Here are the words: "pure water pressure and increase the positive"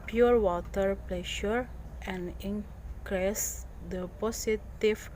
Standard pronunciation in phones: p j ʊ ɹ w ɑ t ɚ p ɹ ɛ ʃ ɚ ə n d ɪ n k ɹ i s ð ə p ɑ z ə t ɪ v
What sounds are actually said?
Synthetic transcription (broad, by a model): p j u ɹ w ɑ t ɚ p l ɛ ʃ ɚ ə n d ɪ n k ɹ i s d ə p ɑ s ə t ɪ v